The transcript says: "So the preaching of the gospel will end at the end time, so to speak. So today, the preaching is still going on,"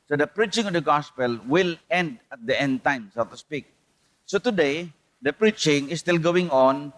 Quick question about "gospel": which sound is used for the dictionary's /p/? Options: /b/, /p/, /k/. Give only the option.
/p/